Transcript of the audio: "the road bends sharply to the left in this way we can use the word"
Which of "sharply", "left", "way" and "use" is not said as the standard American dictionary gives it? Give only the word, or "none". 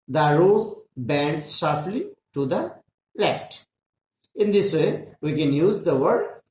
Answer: sharply